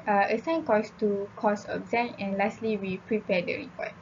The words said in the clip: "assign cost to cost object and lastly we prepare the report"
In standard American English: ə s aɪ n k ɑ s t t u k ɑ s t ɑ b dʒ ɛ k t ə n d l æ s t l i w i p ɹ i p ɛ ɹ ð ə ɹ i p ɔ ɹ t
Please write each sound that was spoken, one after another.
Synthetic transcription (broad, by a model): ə s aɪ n k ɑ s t t u k ɑ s ɑ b z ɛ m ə n l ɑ s t l i w i p ɹ i p ɛ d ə ɹ i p ɔ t